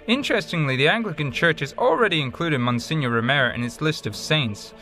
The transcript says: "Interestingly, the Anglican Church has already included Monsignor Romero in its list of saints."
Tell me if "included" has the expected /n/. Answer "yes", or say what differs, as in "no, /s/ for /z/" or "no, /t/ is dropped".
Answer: yes